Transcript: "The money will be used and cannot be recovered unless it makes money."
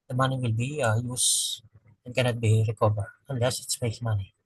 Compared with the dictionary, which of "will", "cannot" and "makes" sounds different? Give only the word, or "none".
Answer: makes